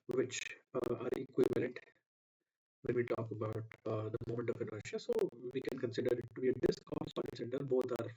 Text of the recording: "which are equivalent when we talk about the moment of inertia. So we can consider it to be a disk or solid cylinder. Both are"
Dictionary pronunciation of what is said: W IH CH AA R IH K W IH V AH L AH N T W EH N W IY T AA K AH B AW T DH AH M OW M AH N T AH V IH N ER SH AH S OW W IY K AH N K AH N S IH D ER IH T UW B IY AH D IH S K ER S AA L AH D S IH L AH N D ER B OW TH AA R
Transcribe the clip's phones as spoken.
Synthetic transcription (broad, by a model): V IH CH AA R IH K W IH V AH L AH N T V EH N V IY T AA K AH B AW T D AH M OW M AH N T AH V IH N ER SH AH S OW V IY K AH N K AH N S IH D ER IH T UW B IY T D IH S K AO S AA N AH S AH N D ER B OW T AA R